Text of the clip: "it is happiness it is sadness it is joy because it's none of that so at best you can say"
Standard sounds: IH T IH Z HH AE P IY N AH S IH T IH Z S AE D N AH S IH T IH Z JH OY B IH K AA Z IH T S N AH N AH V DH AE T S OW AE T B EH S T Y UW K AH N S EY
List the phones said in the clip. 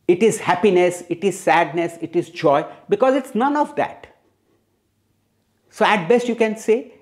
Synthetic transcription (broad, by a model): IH T IH Z HH AE P IY N AH S IH T IH Z S AE D N AH S IH T IH Z JH OY B IH K AA Z IH T S N AH N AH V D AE T S OW AE T B EH S T Y UW K AH N S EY